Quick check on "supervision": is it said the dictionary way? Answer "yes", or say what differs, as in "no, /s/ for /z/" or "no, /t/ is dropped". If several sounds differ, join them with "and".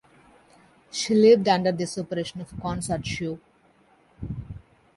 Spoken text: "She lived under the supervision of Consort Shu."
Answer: no, /v/ is dropped and /ʃ/ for /ʒ/